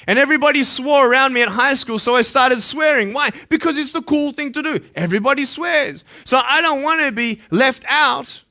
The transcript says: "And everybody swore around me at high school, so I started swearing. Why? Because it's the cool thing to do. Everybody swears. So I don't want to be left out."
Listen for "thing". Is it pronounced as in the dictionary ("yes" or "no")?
yes